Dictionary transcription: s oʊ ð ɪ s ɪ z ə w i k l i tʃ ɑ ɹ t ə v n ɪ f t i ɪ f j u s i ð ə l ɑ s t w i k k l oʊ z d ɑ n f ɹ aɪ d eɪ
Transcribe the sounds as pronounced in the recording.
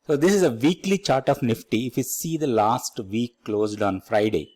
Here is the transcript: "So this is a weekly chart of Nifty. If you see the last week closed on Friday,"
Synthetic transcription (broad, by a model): s oʊ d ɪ s ɪ z ə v i k l i tʃ ɑ ɹ t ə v n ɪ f t i ɪ f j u s i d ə l ɑ s t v i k k l oʊ z d ɑ n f ɹ aɪ d eɪ